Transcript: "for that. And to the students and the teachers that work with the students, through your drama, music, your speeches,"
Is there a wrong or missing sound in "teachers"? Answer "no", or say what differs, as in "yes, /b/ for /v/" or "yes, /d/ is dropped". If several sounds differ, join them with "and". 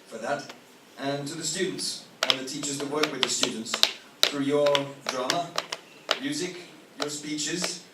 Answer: no